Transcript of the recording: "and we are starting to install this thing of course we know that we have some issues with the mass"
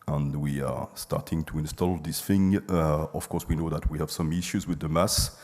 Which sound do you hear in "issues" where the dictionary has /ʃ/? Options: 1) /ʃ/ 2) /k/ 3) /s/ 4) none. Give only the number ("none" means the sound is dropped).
1